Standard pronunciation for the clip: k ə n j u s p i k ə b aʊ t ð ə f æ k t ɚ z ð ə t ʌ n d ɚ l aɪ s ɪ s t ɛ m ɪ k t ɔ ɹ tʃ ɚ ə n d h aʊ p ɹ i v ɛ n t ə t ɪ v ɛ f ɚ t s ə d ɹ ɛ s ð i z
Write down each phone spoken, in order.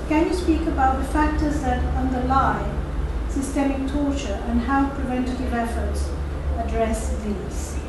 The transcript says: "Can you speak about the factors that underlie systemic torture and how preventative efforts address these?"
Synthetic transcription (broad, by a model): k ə n j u s p i k ə b aʊ t ð ə f æ k t ɚ z ð ə t ʌ n d ɚ l aɪ s ɪ s t ɛ m ɪ k t ɔ ɹ tʃ ɚ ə n h aʊ p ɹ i v ɛ n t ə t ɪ v ɛ f ɚ t s ə d ɹ ɛ s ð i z